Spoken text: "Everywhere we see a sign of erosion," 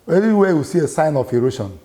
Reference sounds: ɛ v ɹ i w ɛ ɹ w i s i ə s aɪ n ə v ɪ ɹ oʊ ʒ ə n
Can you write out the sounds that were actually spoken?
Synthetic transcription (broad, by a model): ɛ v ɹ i w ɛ w i s i ə s aɪ n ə f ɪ ɹ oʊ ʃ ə n